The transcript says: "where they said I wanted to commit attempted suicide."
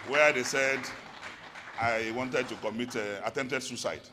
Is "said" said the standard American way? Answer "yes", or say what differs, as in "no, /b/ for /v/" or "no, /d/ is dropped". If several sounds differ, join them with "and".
yes